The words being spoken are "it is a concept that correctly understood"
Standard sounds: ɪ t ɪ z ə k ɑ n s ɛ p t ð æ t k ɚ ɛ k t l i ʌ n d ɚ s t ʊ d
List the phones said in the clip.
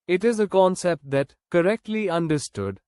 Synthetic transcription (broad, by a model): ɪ t ɪ z ə k ɑ n s ɛ p t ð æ t k ɚ ɛ k t l i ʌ n d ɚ s t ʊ d